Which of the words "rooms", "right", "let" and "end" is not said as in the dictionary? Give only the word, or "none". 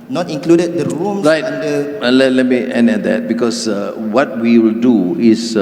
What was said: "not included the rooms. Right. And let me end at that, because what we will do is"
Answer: rooms